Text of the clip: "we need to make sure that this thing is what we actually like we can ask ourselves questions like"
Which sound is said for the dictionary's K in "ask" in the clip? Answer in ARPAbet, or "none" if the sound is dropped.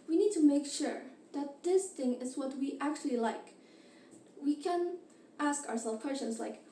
K